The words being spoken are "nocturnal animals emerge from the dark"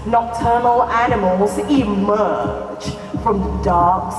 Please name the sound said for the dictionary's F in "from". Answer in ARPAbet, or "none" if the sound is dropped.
F